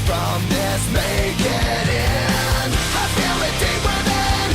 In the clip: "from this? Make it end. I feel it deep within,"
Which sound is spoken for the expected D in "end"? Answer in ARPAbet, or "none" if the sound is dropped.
none